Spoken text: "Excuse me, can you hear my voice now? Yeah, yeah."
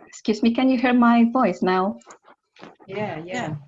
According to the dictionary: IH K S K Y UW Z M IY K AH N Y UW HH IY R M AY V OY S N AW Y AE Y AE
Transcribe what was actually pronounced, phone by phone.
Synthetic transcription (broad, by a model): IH K S K Y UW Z M IY K AH N Y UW HH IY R M AY V OY S N AW Y AE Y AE